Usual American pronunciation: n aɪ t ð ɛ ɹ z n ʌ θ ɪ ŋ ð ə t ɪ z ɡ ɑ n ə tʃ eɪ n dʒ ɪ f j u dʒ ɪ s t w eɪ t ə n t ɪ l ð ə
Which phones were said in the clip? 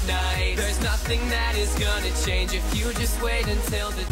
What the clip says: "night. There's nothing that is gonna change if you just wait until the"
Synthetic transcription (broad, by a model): n aɪ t ð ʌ ɹ z n ʌ θ ɪ ŋ ð ə t ɪ z ɡ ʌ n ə tʃ eɪ n dʒ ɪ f j u dʒ ɪ s t w eɪ t ə n t ɪ l ð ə